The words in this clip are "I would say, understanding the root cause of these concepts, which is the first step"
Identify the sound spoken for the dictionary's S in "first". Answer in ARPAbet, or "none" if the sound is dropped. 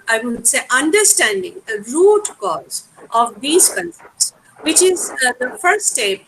none